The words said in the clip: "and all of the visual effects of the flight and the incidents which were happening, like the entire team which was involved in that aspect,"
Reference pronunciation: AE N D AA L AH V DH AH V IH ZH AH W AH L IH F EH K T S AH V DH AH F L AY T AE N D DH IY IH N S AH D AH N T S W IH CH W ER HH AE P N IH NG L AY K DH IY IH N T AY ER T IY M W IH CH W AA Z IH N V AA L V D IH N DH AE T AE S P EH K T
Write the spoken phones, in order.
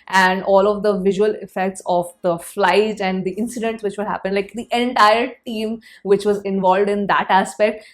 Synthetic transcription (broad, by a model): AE N D AA L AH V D AH V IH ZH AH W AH L IH F EH K T S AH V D AH F L AY T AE N D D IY IH N S AH D AH N T S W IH CH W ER HH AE P IH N L AY K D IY IH N T AY ER T IY M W IH CH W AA Z IH N V AA L V D IH N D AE T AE S P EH K T